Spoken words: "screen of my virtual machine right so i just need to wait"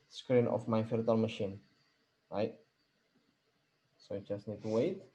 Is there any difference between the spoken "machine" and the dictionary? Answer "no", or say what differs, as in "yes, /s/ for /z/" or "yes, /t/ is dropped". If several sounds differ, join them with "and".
no